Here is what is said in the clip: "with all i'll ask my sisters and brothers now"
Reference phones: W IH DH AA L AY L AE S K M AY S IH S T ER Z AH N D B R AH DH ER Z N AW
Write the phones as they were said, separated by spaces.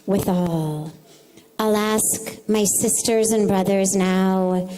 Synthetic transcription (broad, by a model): W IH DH AA L AY L AE S K M AY S IH S T ER Z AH N B R AH DH ER Z N AW